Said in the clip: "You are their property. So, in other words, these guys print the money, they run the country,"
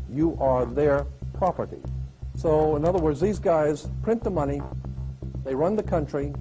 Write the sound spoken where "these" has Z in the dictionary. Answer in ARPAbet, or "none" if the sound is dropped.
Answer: Z